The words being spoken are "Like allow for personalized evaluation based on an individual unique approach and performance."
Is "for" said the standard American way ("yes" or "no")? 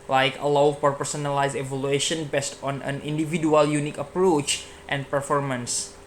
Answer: no